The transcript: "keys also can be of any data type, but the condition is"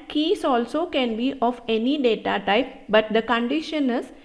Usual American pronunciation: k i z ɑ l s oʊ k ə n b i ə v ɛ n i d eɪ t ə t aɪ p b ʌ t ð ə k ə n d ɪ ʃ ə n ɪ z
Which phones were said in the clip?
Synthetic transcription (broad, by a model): k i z ɑ l s oʊ k ə n b i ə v ɛ n i d eɪ t ə t aɪ p b ʌ t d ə k ə n d ɪ ʃ ə n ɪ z